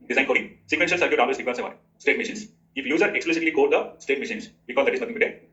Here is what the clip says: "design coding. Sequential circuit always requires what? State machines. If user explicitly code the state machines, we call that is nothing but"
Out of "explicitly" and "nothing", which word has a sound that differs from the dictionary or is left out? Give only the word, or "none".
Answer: nothing